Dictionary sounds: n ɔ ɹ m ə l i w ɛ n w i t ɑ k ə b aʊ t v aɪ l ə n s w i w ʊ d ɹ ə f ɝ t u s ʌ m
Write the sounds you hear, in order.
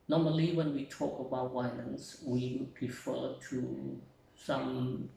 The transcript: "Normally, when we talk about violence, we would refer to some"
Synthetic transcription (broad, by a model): n ɔ m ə l i w ɛ n w i t ɑ k ə b aʊ t w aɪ n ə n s w i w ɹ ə f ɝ t u s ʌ m